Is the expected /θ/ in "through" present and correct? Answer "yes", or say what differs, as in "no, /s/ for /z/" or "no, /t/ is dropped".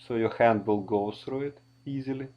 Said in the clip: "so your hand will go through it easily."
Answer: no, /s/ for /θ/